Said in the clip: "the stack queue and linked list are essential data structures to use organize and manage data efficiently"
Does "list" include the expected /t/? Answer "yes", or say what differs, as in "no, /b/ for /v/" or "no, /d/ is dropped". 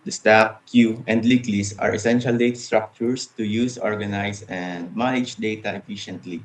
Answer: no, /t/ is dropped